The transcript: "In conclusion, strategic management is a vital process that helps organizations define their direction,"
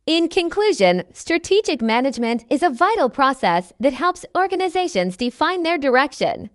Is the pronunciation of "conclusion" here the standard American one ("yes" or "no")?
yes